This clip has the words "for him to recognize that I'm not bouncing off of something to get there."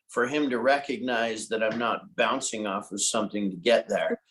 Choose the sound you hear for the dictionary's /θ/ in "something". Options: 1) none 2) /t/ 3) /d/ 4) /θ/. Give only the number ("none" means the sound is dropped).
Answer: 4